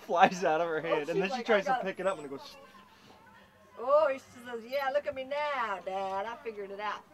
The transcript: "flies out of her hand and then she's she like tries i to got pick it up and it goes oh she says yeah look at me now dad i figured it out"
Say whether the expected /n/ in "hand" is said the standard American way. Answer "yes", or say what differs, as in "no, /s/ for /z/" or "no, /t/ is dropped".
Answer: no, /n/ is dropped